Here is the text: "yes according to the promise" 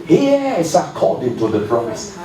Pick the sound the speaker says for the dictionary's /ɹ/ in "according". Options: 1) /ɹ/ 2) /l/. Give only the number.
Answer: 2